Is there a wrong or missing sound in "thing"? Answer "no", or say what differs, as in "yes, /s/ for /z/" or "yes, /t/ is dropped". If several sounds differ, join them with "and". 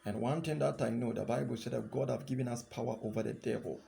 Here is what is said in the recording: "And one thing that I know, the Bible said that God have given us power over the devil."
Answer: yes, /t/ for /θ/